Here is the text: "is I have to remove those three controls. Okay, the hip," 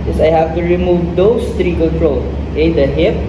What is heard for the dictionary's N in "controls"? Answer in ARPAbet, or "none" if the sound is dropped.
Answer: L